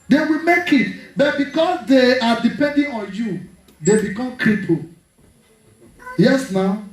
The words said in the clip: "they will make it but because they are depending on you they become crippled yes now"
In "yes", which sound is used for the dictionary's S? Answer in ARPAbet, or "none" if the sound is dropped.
S